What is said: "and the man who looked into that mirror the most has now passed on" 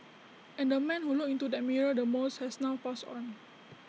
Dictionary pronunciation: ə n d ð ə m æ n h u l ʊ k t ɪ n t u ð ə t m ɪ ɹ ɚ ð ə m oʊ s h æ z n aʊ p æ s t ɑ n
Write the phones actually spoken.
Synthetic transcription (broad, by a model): ə n d ə m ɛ n h u l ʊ k ɪ n t u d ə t m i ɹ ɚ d ə m oʊ s h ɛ s n aʊ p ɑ s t ɑ n